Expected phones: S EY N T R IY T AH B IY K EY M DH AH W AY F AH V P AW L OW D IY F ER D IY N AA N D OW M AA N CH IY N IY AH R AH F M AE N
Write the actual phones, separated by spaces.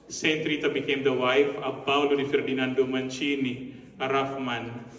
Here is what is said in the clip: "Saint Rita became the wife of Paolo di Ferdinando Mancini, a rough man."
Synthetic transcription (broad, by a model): S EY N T R IY T AH B IY K EY M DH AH W AY F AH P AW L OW D IY F ER D IY N AA N D OW M AA N CH IY N IY AH R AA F M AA N